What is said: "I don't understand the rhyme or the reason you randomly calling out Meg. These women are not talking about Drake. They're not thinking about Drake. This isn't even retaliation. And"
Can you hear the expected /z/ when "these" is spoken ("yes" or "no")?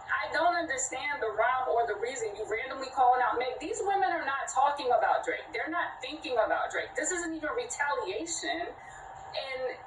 yes